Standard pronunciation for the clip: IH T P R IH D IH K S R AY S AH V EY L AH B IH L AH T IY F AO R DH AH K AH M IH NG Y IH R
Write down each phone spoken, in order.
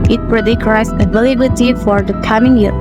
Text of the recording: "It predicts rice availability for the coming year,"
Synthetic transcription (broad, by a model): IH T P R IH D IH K R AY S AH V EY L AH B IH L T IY F AO R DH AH K AH M IH NG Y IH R